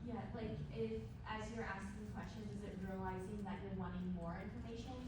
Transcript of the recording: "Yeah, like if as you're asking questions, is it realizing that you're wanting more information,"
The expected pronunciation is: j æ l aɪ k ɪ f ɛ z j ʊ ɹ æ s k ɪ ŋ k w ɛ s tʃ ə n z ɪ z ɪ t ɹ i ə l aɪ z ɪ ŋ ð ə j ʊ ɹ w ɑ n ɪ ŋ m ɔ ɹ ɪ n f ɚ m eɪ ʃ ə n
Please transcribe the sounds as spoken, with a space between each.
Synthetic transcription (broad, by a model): j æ l aɪ k ɪ f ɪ z j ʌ ɹ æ s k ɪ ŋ k w ɛ s tʃ ə n z ɪ z ɪ t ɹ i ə l aɪ z ɪ ŋ ð ə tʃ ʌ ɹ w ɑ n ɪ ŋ m ɔ ɹ ɪ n f ɚ m eɪ ʃ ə n